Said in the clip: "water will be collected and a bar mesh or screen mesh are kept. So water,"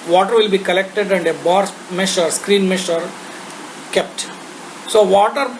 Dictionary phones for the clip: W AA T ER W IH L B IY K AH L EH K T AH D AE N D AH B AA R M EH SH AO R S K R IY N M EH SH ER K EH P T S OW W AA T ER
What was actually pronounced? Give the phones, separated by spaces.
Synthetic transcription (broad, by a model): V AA T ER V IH L B IY K AH L EH K T AH D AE N D AH B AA R M EH SH AO R S K R IY N M EH SH ER K EH P T S OW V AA T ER